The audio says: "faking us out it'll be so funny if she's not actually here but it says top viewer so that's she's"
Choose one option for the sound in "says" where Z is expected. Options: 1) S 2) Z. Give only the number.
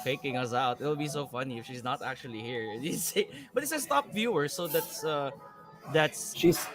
1